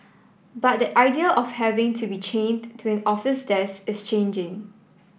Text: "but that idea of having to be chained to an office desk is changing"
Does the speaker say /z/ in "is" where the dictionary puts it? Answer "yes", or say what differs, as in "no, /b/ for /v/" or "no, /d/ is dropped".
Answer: no, /s/ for /z/